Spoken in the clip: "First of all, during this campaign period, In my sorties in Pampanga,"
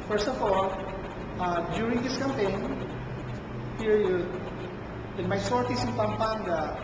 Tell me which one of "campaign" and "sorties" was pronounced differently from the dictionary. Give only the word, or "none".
sorties